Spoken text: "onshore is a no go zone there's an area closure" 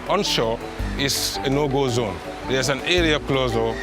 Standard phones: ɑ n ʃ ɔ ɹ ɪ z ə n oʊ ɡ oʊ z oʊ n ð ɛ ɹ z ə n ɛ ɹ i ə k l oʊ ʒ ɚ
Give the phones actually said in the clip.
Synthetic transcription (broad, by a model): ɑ n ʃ ɔ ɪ s ə n oʊ ɡ oʊ z oʊ n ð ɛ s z ə n ɛ ɹ i ə k l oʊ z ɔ